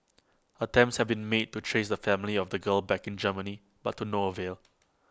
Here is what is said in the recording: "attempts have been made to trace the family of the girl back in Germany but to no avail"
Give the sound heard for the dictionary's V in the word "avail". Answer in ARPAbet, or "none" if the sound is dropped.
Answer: V